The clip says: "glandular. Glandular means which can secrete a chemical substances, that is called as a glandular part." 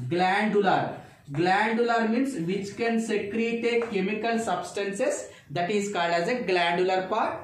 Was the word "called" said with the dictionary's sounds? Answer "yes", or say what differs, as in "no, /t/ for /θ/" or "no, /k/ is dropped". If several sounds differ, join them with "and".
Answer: yes